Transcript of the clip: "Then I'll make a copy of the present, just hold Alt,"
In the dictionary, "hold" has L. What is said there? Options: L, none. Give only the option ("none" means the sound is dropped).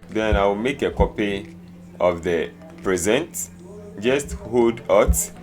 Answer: none